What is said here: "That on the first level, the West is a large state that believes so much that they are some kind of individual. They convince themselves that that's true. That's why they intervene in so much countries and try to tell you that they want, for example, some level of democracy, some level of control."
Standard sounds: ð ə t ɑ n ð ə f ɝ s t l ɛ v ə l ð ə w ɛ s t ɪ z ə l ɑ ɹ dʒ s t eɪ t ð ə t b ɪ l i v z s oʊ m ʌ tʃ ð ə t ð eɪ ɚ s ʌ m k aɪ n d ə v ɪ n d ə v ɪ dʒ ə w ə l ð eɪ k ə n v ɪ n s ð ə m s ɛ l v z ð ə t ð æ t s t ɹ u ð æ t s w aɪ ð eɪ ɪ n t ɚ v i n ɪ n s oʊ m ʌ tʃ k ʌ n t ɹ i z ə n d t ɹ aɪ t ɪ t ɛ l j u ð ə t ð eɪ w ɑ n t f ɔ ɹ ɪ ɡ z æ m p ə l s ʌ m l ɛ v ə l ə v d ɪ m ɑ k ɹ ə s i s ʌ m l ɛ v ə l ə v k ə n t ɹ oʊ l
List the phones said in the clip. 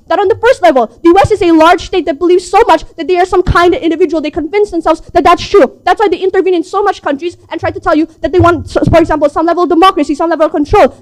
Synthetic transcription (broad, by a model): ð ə t n ð ə f ɝ s t l ɛ v ə l ð ə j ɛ s ɪ z ə l ɑ ɹ dʒ s t eɪ t ð ə t b ɪ l i v z s oʊ m ʌ tʃ ð ə t ð eɪ ɚ s ʌ m k aɪ n d ə v ɪ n d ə v ɪ dʒ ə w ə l ð eɪ k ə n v ɪ n s ð ə m s ɛ l v z ð ə t ð æ t s t ɹ u ð æ t s w aɪ ð eɪ ɪ n t ɚ v i n ɪ n s oʊ m ʌ tʃ k ʌ n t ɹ i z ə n t ɹ aɪ t ɪ t ɛ l j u ð ə t ð eɪ w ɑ n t f ɔ ɹ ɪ ɡ z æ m p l s ʌ m l ɛ v ə l ə v d ɪ m ɑ k ɹ ə s i s ʌ m l ɛ v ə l ə v k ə n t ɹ oʊ l